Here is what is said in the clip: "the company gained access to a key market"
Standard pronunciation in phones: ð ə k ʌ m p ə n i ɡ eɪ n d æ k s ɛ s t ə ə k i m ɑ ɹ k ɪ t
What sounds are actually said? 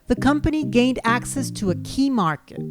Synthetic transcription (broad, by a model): ð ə k ʌ m p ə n i ɡ eɪ n d æ k s ɛ s t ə ə k i m ɑ ɹ k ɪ t